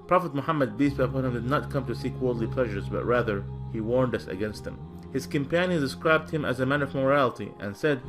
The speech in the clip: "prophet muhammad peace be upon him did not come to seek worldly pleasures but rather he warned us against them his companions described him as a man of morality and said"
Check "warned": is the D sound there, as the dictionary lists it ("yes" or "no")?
yes